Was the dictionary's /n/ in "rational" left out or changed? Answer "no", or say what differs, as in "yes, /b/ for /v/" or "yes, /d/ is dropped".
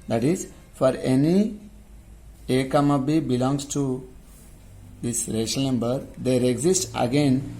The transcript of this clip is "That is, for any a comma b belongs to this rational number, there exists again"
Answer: yes, /n/ is dropped